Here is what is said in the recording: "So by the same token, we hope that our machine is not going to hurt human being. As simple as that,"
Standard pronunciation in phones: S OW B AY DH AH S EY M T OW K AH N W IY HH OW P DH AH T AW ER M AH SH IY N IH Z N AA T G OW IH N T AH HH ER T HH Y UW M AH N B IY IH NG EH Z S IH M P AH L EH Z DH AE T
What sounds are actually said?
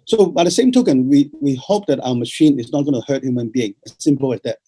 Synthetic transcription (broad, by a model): S OW B AY DH AH S EY M T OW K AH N W IY HH OW P DH AH T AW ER M AH SH IY N IH Z N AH T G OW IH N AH HH ER T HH Y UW M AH N B IY IH NG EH S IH M P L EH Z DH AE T